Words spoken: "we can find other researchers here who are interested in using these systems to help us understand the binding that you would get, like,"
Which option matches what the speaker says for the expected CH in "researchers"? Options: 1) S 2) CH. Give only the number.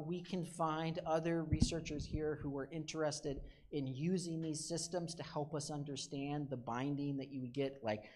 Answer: 2